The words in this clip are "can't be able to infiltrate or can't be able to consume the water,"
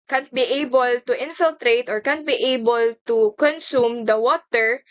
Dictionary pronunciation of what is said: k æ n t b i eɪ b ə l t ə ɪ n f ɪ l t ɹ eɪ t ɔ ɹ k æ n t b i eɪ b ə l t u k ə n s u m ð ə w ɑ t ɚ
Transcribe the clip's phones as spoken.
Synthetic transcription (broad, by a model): k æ n t b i eɪ b ə l t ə ɪ n f ɪ l t ɹ eɪ t ɔ ɹ k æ n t b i eɪ b ə l t u k ə n s u m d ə w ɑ t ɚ